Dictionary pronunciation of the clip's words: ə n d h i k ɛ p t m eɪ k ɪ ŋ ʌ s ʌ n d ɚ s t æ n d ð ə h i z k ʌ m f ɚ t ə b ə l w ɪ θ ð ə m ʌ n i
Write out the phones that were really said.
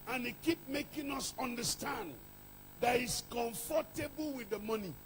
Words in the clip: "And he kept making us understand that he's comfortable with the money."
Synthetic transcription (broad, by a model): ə n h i k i p m eɪ k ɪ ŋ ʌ s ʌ n d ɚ s t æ n d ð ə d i s k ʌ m f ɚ t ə b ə l w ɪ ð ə m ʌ n i